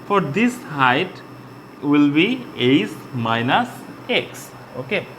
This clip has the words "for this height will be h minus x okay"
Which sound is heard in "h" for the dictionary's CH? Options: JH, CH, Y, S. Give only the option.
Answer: S